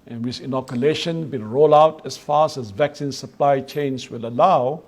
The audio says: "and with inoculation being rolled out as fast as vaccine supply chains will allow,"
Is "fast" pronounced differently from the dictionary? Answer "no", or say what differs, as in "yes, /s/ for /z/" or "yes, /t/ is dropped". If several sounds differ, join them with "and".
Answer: yes, /t/ is dropped